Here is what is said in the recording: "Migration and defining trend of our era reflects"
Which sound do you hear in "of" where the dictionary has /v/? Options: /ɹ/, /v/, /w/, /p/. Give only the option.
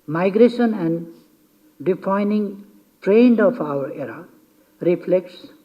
/p/